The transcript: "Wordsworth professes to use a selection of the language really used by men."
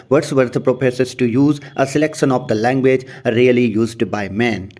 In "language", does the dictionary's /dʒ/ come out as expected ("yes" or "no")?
yes